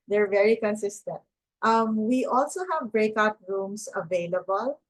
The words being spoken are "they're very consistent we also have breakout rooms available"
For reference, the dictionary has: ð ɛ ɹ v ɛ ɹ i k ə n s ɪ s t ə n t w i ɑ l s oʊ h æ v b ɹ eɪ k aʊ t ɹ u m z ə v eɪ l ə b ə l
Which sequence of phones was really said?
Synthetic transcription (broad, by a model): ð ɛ ɹ v ɛ ɹ i k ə n s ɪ s t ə n t w i ɑ l s oʊ h æ v b ɹ eɪ k aʊ t ɹ u m s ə v eɪ l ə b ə l